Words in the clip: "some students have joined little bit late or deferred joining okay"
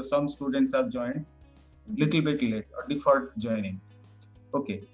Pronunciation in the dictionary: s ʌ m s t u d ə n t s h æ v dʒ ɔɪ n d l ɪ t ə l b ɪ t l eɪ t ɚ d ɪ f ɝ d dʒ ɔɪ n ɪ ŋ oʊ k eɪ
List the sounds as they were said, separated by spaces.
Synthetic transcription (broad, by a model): s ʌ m s t u d ə n t s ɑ p dʒ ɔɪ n l ɪ t ə l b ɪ t l eɪ t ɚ d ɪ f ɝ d dʒ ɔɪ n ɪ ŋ oʊ k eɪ